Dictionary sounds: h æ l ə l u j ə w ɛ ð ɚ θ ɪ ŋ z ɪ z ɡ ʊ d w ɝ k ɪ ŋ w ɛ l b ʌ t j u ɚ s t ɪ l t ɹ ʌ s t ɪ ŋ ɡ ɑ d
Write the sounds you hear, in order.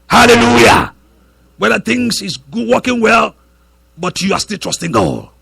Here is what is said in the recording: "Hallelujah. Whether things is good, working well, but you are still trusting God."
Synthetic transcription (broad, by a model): h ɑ l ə l u j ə w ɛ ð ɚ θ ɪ ŋ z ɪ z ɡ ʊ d w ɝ k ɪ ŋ w ɛ l b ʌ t j u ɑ s t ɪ l t ɹ ʌ s t ɪ ŋ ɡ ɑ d